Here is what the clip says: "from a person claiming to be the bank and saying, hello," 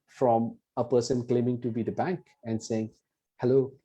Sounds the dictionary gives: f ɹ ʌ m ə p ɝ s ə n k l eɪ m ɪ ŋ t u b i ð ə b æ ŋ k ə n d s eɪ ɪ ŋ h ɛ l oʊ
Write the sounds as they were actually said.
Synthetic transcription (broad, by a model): f ɹ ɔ m ə p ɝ s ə n k l eɪ m ɪ ŋ t u b i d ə b æ ŋ k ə n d s eɪ ɪ ŋ h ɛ l oʊ